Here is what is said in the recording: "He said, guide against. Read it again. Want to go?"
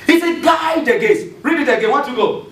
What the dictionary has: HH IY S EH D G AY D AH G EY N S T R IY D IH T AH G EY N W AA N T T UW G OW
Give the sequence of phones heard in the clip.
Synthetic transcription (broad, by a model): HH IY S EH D G AY D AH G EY S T R IY D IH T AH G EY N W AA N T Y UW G OW